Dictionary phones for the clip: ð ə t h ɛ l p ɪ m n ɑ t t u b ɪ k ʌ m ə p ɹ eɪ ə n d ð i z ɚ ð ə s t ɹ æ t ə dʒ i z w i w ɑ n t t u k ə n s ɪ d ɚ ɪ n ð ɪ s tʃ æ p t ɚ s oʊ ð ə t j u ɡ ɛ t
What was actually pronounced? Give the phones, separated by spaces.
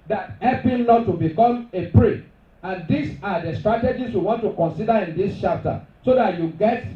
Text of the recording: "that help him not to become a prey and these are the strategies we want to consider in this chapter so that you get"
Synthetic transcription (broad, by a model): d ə t h ɛ l p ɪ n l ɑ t t u b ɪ k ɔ m ə p ɹ eɪ ə n d i s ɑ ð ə s t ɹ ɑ t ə dʒ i s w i w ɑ n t t u k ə n s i d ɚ ɪ n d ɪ s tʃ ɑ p t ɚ s oʊ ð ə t j u ɡ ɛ t